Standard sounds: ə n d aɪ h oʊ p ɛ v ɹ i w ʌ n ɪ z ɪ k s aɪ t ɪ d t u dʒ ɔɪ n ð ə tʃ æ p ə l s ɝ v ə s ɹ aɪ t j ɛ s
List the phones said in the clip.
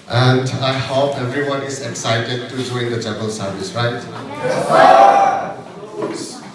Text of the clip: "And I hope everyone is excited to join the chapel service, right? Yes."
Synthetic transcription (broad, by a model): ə n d aɪ h oʊ p ɛ v ɹ i w ʌ n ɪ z ɪ k s aɪ t ɪ d t u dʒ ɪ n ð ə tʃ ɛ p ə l s ɝ v ə s ɹ aɪ t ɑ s